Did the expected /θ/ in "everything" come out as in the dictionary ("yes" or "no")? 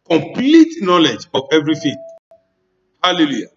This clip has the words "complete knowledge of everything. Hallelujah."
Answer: no